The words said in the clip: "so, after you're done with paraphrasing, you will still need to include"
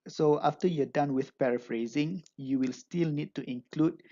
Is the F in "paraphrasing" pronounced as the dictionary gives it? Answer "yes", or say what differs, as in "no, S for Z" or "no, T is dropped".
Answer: yes